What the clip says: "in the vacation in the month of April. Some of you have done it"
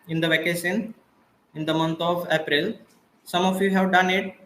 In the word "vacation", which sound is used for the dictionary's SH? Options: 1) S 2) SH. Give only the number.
1